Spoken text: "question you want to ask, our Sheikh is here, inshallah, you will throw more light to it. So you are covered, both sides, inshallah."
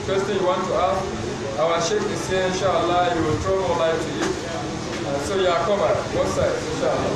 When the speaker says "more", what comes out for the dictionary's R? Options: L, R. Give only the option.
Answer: L